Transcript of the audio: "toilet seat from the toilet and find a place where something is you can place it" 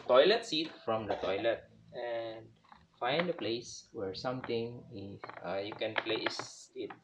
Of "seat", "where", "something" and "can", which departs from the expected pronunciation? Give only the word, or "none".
something